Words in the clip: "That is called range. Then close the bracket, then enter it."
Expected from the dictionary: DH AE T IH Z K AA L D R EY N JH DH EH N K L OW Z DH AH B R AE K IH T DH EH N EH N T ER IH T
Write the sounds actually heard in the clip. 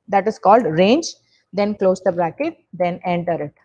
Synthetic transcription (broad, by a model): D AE T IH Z K AA L D R EY N JH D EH N K L OW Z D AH B R AE K IH T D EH N EH N T ER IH T